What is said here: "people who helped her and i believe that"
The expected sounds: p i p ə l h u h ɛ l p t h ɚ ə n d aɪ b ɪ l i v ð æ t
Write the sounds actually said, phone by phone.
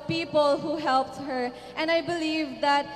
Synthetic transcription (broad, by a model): p i p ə l h u h ɛ l p t h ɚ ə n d aɪ b ɪ l i v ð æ t